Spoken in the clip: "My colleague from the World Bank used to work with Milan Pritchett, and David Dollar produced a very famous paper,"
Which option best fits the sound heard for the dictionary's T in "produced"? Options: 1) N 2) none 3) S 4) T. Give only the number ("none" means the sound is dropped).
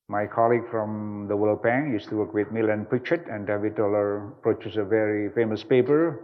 2